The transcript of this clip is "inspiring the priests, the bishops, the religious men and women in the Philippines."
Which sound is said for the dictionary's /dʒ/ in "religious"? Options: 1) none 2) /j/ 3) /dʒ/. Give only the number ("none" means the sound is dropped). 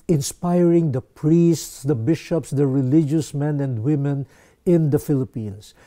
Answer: 3